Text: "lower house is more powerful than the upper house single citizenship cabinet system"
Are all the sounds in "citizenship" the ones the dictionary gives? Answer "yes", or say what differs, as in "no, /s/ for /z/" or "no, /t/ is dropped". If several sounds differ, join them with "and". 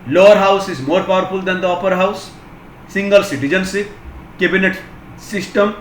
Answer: no, /s/ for /ʃ/